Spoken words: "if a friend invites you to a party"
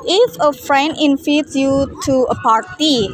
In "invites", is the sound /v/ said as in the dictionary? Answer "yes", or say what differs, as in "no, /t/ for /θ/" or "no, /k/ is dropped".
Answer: no, /f/ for /v/